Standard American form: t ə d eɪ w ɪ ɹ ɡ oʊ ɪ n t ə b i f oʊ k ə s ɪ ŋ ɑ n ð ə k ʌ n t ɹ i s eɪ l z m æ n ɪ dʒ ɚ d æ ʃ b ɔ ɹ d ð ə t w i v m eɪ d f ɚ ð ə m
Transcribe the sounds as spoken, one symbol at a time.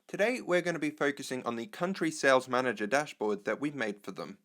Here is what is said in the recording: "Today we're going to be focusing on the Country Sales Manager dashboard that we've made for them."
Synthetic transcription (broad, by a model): t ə d eɪ w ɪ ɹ ɡ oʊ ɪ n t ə b i f oʊ k ə s ɪ ŋ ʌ n ð ə k ʌ n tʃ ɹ i s eɪ l z m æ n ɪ dʒ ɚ d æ ʃ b ɔ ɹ d ð ə t w i v m eɪ d f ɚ ð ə m